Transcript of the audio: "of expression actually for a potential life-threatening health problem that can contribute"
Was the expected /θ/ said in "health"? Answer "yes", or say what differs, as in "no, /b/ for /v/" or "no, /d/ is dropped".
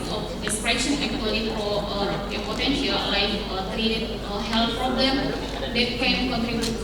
no, /t/ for /θ/